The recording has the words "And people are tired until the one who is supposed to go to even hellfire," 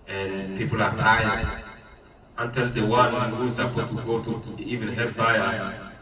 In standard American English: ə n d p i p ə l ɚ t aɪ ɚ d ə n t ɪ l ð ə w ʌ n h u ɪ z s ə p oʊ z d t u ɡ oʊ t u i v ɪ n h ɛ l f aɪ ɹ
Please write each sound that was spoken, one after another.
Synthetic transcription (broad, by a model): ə n p i p ə l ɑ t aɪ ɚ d ə n t ɪ l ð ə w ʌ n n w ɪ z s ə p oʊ t u ɡ oʊ t u i v ɪ n h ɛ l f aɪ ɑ